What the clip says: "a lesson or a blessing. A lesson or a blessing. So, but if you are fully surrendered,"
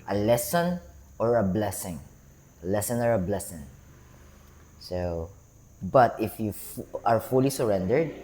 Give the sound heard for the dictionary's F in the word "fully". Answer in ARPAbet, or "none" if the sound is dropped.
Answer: F